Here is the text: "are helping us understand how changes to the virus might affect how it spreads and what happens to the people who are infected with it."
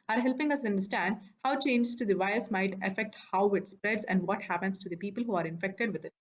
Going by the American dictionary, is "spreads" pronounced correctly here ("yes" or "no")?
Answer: yes